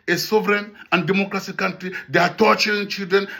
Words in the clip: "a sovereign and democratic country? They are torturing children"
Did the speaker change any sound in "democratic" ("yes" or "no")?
yes